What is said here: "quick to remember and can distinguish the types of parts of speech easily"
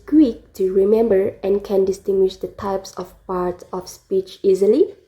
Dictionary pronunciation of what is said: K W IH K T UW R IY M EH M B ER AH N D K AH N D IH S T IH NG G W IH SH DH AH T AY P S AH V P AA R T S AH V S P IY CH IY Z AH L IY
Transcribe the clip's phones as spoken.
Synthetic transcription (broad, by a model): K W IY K T UW R IY M EH M B ER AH N K AH N D IH S T IH NG G W IH SH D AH T AY P S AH F P AA R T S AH F S P IY CH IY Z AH L IY